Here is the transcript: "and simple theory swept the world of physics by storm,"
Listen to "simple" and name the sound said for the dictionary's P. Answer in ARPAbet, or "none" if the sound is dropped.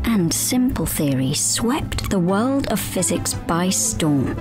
P